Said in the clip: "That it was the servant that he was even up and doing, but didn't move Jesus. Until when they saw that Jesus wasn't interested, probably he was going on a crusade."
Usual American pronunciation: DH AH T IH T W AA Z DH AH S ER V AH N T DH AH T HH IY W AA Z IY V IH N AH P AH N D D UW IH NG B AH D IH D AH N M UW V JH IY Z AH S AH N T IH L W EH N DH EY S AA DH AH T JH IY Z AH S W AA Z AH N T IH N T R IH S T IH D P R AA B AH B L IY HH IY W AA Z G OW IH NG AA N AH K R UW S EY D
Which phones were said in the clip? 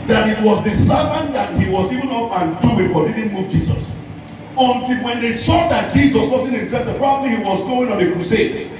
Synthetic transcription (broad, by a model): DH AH T IH T W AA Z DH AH S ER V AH N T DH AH T HH IY W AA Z IY V IH N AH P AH N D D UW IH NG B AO D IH D N M UW V JH IY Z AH S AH N T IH L W EH N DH EY S AA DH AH T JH IY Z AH S W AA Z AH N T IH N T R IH S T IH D P R AA B AH B L IY HH IY W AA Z G OW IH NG AA N AH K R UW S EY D